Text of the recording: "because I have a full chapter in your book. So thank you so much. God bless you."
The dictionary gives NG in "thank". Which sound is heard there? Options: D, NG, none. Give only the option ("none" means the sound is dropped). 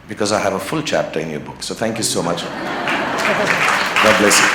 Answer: NG